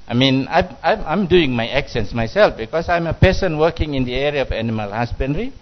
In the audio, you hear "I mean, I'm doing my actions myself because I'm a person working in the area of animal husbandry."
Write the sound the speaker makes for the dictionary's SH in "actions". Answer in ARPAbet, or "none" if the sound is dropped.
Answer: S